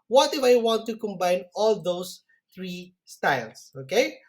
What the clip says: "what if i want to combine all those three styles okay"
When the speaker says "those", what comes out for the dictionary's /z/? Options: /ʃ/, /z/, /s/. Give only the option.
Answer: /s/